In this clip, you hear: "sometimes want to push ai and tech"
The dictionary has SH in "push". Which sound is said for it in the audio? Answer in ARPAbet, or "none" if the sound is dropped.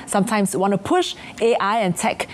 SH